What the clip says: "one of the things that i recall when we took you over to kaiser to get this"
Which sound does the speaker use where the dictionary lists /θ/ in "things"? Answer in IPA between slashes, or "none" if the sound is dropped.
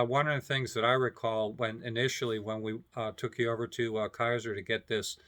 /θ/